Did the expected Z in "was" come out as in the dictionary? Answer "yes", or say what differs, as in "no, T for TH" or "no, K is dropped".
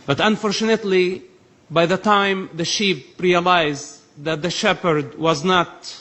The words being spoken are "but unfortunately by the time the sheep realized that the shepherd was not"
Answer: yes